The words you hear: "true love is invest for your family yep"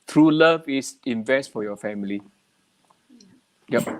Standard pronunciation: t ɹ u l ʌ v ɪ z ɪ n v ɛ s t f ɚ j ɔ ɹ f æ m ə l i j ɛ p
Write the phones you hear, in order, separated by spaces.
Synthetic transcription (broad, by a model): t ɹ u l ʌ v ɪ s ɪ n v ɛ s t f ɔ j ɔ f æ m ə l i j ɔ